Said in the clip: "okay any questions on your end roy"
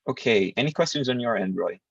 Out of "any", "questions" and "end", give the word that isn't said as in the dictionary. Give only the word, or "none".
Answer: none